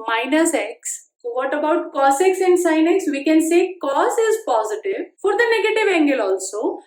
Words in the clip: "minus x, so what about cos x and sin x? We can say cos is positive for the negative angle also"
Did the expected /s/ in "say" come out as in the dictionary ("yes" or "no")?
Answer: yes